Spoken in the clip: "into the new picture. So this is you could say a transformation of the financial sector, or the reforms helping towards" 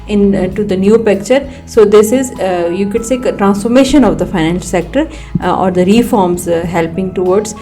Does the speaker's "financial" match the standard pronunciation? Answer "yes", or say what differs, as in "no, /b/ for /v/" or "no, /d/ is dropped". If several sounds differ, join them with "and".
no, /n/ is dropped and /ʃ/ is dropped and /n/ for /l/